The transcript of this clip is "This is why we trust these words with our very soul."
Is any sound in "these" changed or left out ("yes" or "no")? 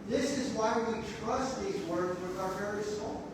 no